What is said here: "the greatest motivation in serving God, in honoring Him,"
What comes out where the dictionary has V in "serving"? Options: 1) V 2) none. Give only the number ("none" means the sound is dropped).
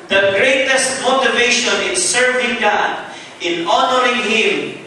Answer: 1